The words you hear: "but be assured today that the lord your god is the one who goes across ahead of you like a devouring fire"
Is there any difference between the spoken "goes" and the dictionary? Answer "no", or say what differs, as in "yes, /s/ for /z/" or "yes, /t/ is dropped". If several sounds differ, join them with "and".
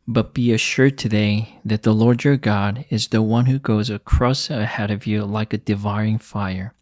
no